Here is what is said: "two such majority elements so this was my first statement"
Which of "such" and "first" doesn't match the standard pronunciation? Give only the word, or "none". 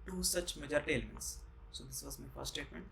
first